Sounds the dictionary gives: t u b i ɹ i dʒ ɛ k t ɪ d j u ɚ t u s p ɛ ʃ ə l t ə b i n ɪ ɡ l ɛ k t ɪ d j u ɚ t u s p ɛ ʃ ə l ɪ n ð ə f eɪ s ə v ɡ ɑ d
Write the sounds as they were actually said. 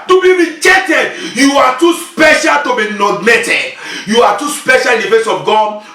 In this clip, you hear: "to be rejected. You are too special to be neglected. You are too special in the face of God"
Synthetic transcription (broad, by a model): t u b i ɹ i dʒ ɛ t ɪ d j u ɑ t u s p ɛ ʃ ə l t ə b i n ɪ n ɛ t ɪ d j u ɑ t u s p ɛ ʃ ə l ɪ n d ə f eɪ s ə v ɡ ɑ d